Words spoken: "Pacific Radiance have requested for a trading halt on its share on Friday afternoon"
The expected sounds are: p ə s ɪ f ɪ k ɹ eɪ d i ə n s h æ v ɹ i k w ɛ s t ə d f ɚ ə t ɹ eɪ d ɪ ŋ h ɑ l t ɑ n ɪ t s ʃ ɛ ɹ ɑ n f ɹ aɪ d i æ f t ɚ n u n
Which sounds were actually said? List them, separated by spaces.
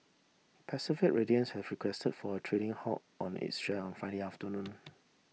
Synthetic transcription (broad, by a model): p ə s ɪ f ɪ k ɹ eɪ d i ə n s h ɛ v ɹ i k w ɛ s t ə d f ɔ ə t ɹ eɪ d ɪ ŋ h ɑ t ɑ n ɪ t s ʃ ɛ ɑ n f aɪ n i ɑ f t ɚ n u n